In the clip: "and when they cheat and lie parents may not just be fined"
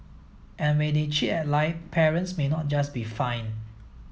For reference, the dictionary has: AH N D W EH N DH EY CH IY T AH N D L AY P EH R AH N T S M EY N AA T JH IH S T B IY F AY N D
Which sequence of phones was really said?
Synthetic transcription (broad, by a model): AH N W EH N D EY CH IY T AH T L AY P EH R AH N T S M EY N AA T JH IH S B IY F AY N